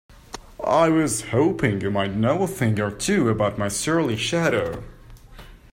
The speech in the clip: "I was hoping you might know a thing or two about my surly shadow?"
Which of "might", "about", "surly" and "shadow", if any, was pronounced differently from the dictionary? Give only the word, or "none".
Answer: none